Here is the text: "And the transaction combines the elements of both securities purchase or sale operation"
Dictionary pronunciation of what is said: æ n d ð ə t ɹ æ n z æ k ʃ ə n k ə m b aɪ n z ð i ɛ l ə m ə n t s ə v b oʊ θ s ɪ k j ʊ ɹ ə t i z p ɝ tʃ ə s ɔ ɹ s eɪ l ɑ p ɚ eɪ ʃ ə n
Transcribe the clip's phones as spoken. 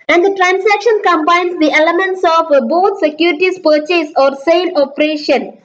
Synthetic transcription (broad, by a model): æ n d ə t ɹ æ n s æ k ʃ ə n k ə m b aɪ n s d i ɛ l ə m ə n t s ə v b oʊ t s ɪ k j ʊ ɹ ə t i s p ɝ tʃ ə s ɔ ɹ s eɪ l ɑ p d eɪ ʃ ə n